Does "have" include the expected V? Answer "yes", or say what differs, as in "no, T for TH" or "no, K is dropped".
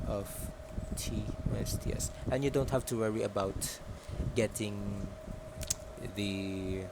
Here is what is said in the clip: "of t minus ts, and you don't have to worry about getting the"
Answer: no, F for V